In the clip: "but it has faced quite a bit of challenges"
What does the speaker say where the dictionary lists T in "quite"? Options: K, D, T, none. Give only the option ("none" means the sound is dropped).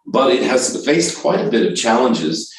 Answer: T